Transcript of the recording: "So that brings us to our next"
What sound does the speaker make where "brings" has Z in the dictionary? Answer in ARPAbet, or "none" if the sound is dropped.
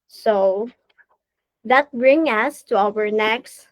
none